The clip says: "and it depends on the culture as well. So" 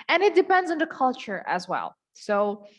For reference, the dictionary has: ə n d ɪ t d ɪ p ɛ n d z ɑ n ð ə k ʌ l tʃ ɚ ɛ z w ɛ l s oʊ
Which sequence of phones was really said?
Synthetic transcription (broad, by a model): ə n ɪ t d ɪ p ɛ n d z n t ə k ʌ l tʃ ɚ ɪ z w ɛ l s oʊ